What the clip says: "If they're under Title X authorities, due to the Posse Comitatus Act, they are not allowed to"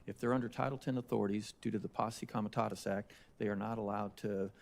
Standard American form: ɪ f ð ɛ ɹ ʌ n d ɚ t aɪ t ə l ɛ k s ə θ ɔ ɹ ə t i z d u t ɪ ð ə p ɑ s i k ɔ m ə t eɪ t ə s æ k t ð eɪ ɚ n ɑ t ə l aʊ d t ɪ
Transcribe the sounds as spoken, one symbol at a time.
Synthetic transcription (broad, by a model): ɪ f ð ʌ ɹ ʌ n d ɚ t aɪ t l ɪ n ə θ ɔ ɹ ə t i z d u t ɪ ð ə p ɑ s i k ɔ m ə t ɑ t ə s æ k t ð eɪ ɚ n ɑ t ə l aʊ d t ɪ